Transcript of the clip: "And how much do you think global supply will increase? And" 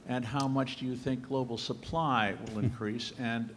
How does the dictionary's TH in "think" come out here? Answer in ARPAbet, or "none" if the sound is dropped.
TH